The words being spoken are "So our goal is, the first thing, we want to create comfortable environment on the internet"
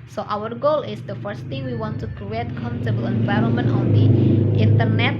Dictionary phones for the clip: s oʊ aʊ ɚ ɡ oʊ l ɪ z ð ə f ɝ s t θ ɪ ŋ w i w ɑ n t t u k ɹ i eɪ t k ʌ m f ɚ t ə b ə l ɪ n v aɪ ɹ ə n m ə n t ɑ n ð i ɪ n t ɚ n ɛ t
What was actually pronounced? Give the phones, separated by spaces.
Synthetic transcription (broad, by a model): s oʊ aʊ ɚ ɡ oʊ l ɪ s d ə f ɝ s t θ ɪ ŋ w i w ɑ n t t u k ɹ i eɪ t k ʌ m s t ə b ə l ɪ n v aɪ ɹ ə n m ə n t ɑ n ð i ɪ n t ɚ n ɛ t